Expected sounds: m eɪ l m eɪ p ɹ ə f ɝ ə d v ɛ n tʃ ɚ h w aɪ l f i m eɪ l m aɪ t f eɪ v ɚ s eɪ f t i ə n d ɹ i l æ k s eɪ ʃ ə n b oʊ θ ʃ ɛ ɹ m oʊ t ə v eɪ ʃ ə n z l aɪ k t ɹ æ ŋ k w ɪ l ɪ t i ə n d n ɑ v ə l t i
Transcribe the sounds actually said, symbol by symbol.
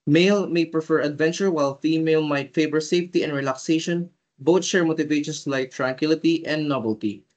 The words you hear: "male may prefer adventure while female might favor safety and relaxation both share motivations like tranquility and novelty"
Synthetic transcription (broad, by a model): m eɪ l m eɪ p ɹ ə f ɝ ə d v ɛ n tʃ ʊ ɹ w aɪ l f i m eɪ l m aɪ t f eɪ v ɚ s eɪ f t i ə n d ɹ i l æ k s eɪ ʃ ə n b oʊ t ʃ ɛ ɹ m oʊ t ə v eɪ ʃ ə n s l aɪ k t ɹ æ ŋ k w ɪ l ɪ t i ə n d n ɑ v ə l t i